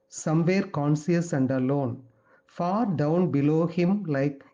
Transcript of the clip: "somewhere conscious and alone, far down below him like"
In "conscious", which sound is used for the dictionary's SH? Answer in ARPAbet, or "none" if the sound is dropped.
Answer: S